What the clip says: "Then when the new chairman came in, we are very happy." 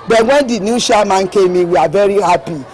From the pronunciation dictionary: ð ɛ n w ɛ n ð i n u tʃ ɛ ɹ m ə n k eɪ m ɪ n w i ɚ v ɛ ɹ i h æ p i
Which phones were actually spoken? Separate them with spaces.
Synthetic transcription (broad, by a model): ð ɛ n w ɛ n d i n u ʃ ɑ m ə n k eɪ m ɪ w i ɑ v ɛ ɹ i h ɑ p i